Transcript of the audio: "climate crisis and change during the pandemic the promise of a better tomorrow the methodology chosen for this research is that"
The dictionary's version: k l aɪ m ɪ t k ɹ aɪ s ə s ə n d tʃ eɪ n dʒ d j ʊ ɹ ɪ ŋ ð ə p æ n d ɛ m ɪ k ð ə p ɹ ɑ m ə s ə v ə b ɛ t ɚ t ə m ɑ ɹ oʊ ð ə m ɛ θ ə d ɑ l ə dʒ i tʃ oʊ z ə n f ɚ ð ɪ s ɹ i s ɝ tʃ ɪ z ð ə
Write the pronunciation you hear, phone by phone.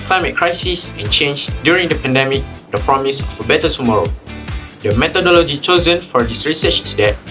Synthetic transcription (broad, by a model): k l aɪ m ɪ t k ɹ aɪ s ə s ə n tʃ eɪ n dʒ d j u ɹ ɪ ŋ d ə p æ n d ɛ m ɪ k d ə p ɹ ɑ m ə s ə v ə b ɛ t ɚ t ə m ɑ ɹ oʊ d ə m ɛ t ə d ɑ l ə dʒ i tʃ oʊ z ə n f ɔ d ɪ s ɹ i s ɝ tʃ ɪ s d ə